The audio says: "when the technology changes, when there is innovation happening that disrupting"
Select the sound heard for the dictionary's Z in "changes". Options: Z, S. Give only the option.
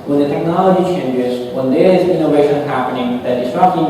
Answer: Z